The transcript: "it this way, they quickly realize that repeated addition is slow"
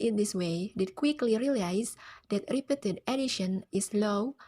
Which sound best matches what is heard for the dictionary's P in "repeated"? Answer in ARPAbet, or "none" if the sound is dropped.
P